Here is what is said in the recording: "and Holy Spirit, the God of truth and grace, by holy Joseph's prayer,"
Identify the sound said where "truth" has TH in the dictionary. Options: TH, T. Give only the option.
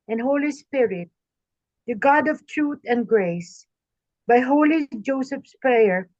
T